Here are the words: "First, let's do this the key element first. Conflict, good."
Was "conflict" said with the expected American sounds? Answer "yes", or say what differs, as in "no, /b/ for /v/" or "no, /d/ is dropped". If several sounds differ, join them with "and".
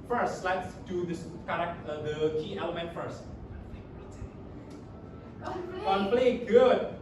no, /p/ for /f/